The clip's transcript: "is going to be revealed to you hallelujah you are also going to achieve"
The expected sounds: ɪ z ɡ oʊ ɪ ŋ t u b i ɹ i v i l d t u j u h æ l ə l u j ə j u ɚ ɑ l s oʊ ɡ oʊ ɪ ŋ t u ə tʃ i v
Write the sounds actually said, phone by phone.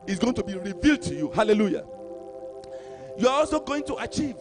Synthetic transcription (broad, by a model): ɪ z ɡ oʊ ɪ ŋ t u b i ɹ i v i l d t u j u h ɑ l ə l u j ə j u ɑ ɑ l s oʊ ɡ oʊ ɪ ŋ t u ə tʃ i v